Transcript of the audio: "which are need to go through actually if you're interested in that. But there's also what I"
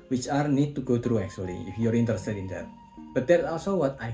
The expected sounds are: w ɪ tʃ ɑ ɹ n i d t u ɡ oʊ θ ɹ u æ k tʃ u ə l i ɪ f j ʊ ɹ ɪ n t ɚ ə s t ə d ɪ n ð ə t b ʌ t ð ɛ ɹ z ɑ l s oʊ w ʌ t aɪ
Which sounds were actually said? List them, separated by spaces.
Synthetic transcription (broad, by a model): w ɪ tʃ ɑ ɹ n i d t u ɡ oʊ t ɹ u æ k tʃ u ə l i ɪ f j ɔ ɹ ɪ n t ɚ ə s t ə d ɪ n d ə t b ʌ t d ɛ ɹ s ɑ l s oʊ w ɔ t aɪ